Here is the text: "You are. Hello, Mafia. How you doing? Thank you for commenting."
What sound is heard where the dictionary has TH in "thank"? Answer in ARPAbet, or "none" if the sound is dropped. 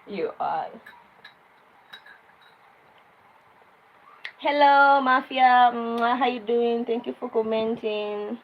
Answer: T